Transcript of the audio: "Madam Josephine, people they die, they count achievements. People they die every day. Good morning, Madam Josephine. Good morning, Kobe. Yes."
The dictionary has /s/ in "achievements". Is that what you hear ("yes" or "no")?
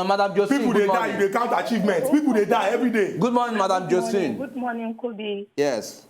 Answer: no